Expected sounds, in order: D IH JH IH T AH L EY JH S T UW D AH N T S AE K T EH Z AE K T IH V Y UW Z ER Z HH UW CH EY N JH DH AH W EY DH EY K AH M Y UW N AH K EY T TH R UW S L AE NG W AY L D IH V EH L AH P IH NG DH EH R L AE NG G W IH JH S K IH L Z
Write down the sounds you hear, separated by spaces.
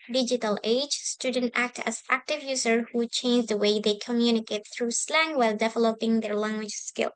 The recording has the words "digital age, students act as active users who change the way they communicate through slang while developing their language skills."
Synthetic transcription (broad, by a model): D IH JH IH T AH L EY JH S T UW D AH N T AE K T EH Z AE K T IH V Y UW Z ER HH UW CH EY N JH DH AH W EY DH EY K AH M Y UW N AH K EY T TH R UW S L AE NG W AY L D IH V EH L AH P IH NG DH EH R L AE NG G W IH JH S K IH L